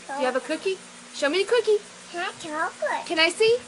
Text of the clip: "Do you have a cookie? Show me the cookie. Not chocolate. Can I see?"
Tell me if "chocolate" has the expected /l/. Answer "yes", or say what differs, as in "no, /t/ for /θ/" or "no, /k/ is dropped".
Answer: no, /l/ is dropped